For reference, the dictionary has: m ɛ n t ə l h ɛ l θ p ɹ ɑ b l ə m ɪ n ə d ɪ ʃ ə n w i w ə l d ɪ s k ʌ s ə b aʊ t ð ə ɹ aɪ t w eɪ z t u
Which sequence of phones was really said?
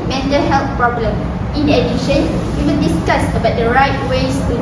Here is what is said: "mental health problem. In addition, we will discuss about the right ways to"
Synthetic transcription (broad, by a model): m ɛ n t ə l h ɛ l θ p ɹ ɑ b l ə m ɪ n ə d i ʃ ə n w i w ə n d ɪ s k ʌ s ə b aʊ t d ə ɹ aɪ t w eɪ s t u